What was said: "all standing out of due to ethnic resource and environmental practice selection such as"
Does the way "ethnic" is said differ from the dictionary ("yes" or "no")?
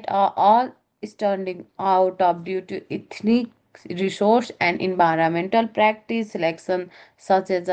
yes